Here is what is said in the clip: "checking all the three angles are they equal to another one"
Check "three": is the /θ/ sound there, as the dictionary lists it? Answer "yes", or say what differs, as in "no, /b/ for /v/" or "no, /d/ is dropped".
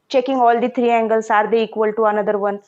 no, /t/ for /θ/